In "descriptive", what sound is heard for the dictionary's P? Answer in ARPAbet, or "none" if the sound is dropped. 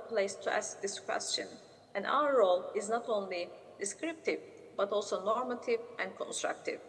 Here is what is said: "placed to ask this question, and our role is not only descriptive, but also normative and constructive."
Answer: P